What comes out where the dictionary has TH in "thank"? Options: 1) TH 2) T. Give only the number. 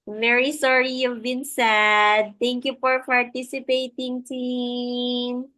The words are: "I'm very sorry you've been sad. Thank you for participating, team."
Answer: 2